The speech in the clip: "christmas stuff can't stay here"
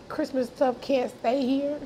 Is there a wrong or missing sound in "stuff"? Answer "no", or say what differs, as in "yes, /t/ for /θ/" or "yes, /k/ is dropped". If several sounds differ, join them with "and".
yes, /p/ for /f/